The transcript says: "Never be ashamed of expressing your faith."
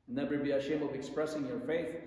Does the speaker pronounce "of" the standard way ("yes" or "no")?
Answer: yes